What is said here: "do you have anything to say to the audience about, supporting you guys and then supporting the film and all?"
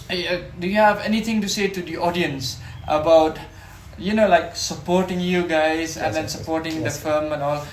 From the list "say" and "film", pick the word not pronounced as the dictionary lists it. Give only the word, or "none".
film